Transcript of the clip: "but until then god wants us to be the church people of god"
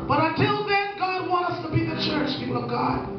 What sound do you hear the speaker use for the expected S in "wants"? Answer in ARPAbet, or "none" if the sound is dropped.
none